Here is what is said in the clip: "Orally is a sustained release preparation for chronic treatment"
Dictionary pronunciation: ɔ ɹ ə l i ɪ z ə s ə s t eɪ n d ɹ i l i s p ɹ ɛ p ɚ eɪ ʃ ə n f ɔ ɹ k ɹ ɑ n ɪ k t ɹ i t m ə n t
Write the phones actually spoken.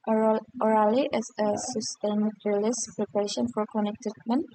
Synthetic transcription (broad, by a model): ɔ ɹ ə l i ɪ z ə s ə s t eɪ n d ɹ l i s p ɹ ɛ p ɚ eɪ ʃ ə n f ɔ ɹ k ɑ n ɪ k t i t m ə n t